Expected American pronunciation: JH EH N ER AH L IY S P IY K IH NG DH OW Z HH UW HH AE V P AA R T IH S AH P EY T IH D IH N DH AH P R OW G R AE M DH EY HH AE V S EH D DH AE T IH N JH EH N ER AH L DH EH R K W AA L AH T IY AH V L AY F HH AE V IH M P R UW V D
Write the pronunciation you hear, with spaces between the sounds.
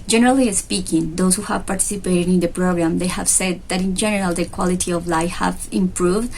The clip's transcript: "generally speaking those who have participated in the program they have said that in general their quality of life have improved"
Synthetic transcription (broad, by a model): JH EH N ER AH L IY S P IY K IH NG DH OW S HH UW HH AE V P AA R T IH S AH P EY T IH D IH N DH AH P R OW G R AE M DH EY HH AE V S EH D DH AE T IH N JH EH N ER AH L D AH K W AA L AH T IY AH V L AY F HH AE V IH M P R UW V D